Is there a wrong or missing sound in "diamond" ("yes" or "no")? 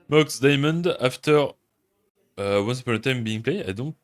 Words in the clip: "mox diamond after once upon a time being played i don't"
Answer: no